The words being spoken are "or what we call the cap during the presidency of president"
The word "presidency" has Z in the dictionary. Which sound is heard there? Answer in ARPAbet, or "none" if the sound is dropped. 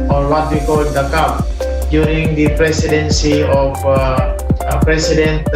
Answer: S